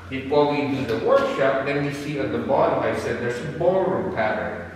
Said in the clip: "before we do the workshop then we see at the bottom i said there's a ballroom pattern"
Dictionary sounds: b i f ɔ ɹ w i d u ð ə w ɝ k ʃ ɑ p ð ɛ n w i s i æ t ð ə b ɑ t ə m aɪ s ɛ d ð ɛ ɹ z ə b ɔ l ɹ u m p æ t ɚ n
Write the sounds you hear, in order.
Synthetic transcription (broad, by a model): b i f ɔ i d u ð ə w ɝ k ʃ ɑ p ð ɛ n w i s i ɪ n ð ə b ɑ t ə ɪ s ɛ d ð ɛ ɹ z ə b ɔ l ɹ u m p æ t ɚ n